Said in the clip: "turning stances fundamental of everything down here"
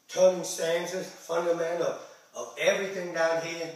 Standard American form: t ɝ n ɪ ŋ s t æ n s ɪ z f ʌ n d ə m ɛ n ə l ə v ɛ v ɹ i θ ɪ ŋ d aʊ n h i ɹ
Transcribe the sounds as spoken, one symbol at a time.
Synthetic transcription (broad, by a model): t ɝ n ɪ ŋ s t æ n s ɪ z f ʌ n d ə m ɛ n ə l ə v ɛ v ɹ i θ ɪ ŋ d aʊ n h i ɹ